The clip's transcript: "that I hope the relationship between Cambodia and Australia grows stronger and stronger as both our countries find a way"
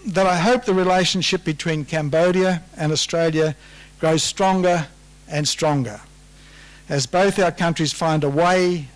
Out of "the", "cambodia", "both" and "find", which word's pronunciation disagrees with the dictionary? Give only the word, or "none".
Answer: none